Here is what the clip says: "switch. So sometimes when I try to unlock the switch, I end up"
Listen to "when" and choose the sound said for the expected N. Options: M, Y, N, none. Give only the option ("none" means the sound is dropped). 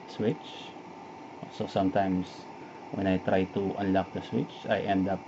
N